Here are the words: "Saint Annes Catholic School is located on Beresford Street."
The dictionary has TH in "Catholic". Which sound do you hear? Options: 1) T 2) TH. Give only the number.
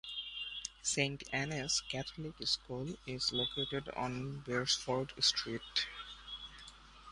1